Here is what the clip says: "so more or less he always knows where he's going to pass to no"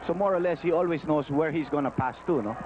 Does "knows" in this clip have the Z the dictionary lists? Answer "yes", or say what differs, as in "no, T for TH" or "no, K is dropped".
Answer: no, S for Z